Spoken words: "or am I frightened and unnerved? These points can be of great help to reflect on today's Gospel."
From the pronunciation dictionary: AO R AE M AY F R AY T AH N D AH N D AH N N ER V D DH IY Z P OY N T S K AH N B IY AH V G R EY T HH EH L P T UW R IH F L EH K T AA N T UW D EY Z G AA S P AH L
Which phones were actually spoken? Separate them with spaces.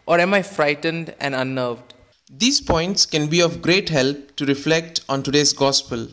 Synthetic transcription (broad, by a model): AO R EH M AY F R AY T AH N D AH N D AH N N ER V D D IY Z P OY N T S K AH N B IY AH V G R EY T HH EH L P T UW R IH F L EH K T AA N T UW D EY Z G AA S P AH L